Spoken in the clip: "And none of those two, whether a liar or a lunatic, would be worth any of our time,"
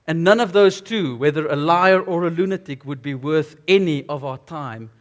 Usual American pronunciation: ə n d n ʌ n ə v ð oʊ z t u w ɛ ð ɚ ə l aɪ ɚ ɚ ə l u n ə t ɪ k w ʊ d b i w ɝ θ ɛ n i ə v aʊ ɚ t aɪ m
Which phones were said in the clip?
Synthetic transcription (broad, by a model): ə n n ʌ n ə v ð oʊ z t u w ɛ ð ɚ ə l aɪ ɚ ɚ ə l u n ə t ɪ k w ʊ d b i w ɝ θ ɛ n i ə v aʊ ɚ t aɪ m